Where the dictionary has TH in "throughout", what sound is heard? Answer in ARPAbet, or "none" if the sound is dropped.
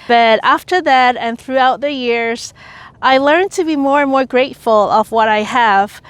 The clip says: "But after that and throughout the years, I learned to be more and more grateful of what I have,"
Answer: TH